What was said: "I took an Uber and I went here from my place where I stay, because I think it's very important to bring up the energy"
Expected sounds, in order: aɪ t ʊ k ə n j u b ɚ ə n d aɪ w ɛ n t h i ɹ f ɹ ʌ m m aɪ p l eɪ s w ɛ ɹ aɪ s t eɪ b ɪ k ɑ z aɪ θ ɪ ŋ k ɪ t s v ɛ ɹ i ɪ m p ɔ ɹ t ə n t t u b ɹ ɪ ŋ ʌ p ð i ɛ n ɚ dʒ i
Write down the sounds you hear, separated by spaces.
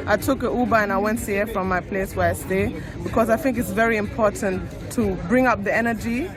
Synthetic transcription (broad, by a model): aɪ t ʊ k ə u b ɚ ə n aɪ w ɛ n t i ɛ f ɹ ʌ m m aɪ p l eɪ s w ɛ ɹ aɪ s t eɪ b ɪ k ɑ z aɪ θ ɪ ŋ k ɪ t s v ɛ ɹ i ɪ m p ɔ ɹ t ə n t t u b ɹ ɪ ŋ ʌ p ð i ɛ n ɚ dʒ i